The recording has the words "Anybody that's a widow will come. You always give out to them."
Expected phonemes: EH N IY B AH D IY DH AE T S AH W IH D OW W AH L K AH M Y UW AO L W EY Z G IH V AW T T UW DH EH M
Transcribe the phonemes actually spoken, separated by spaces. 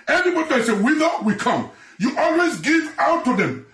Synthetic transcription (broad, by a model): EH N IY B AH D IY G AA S AH W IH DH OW W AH K AH M Y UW AO L W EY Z G IH V AW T T UW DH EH M